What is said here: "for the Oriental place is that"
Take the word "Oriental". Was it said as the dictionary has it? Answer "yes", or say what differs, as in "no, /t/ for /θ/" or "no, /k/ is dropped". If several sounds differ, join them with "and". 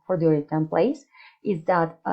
no, /n/ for /l/